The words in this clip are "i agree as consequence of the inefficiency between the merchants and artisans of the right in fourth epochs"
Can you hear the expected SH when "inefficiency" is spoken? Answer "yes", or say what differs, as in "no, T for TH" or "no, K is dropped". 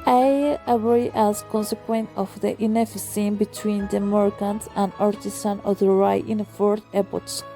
no, S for SH